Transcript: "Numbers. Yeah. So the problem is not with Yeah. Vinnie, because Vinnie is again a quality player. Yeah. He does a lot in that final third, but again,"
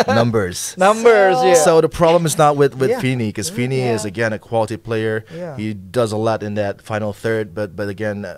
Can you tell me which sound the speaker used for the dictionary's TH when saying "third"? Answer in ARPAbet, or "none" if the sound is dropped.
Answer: TH